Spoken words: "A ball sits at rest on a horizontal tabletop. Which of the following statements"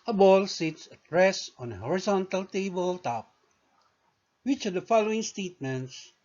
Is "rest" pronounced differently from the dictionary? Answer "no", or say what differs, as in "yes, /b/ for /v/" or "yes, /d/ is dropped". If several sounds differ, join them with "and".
yes, /t/ is dropped